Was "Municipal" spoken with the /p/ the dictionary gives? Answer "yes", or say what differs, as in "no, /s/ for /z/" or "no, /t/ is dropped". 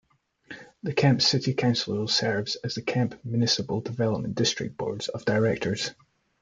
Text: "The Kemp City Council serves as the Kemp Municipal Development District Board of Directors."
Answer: no, /b/ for /p/